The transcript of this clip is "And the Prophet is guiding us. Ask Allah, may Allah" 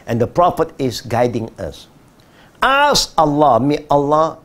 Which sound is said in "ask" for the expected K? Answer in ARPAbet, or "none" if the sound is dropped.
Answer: none